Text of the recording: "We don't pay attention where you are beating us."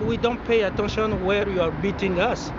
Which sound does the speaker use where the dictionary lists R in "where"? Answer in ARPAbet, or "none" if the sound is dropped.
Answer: R